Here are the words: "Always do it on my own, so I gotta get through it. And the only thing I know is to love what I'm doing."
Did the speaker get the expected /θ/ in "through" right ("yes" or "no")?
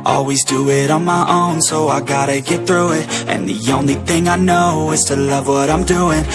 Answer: yes